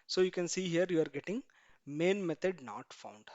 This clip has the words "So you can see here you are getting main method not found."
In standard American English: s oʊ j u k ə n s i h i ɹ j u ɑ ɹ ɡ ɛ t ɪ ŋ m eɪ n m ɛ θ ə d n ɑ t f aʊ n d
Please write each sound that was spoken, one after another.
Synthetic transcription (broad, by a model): s oʊ j u k ə n s i h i ɹ j u ɑ ɹ ɡ ɛ t ɪ ŋ m eɪ n m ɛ t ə d n ɑ t f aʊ n d